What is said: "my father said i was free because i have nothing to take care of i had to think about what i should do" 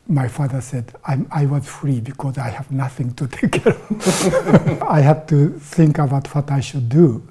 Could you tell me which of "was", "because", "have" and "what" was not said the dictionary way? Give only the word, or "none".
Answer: none